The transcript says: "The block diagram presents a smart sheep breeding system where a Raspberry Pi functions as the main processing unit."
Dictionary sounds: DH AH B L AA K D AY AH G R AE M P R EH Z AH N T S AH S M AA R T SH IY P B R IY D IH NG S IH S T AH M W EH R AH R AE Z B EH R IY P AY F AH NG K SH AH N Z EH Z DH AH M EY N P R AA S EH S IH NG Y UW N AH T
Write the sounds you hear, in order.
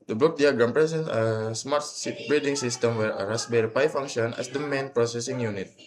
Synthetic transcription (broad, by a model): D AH B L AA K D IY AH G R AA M P R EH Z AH N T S AH S M AA R T S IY B R IY D IH NG S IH S T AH M W EH R AH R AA S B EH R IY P AY F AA NG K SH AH N EH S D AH M EY N P R AA S EH S IH NG Y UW N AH T